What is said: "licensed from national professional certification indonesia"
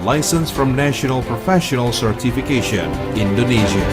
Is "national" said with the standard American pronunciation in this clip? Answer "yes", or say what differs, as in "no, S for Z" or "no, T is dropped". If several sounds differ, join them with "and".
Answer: yes